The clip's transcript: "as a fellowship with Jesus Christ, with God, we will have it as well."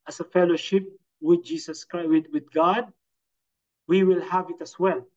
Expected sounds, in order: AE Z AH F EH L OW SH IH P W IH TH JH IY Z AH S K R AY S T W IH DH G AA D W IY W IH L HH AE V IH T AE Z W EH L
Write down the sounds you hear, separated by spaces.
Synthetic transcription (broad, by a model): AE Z AH F EH L OW SH IH P W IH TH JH IY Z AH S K W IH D W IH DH G AA D W IY W IH L HH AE V IH T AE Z W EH L